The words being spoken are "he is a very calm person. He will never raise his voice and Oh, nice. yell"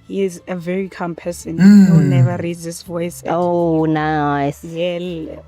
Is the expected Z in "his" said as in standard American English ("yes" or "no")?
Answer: no